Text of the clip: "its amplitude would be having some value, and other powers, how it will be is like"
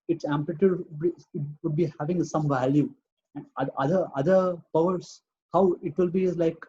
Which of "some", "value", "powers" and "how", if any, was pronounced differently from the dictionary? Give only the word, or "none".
powers